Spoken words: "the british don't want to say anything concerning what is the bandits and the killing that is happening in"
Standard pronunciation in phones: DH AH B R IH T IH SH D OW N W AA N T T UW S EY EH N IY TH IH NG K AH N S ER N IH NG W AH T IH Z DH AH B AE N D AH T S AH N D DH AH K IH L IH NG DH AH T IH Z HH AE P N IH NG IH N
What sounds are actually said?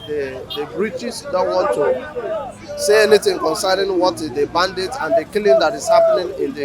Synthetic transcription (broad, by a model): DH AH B R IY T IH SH D OW N W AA N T T UW S EY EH N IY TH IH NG K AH N S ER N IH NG W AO T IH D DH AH B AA N D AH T AH N D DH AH K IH L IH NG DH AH T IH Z HH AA P N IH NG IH N